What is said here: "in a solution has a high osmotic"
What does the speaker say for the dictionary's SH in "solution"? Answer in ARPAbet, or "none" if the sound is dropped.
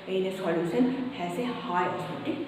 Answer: S